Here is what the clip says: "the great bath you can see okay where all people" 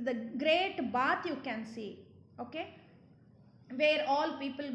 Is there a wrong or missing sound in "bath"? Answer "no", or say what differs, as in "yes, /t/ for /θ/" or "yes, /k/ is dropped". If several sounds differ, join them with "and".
yes, /t/ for /θ/